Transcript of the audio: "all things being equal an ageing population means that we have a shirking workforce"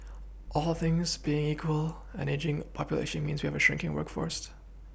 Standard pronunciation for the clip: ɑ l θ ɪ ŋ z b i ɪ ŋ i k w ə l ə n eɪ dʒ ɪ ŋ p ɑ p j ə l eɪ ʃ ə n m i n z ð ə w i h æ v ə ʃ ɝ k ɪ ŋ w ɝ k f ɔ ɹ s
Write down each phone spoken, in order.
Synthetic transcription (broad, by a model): ɑ l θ ɪ ŋ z b i ɪ ŋ i k w ə l ə n eɪ dʒ ɪ ŋ p ɑ p j ə l eɪ ʃ ə n m i n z w i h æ v ə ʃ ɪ k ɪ ŋ w ɝ k f ɔ ɹ s